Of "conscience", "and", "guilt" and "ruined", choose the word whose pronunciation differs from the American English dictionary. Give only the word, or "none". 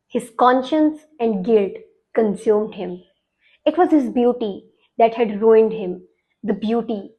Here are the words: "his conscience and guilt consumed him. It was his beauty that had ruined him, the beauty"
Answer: none